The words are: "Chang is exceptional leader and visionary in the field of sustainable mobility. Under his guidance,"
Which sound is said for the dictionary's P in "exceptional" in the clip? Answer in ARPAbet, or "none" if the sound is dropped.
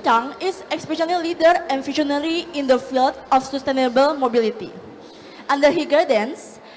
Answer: none